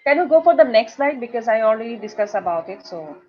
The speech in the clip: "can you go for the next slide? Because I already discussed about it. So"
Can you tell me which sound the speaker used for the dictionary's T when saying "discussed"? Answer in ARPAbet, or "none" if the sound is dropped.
none